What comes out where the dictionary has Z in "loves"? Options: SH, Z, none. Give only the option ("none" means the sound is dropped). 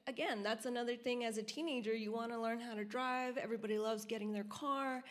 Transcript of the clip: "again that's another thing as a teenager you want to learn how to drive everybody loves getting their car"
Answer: Z